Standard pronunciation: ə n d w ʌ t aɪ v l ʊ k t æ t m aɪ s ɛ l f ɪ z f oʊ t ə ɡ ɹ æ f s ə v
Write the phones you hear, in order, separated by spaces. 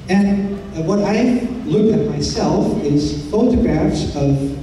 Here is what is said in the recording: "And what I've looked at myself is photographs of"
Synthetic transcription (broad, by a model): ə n w ʌ t aɪ l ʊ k ɪ t m aɪ s ɛ l f ɪ z f oʊ t ə ɡ ɹ æ f s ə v